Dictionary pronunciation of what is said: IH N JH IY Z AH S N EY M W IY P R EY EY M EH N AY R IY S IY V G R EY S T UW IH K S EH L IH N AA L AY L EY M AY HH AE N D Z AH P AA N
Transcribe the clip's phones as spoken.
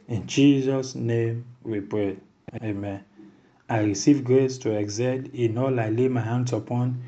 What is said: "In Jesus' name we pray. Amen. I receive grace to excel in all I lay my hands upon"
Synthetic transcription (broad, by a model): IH N JH IY Z AH S N EY M W IY P R EY EY M EH N AY R IY S IY V G R EY S T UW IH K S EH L IH N AA L AY L EY M AY HH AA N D S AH P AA N